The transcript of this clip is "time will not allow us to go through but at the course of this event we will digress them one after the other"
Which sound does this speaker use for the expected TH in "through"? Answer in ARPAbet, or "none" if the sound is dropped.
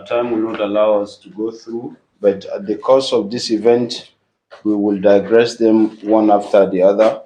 TH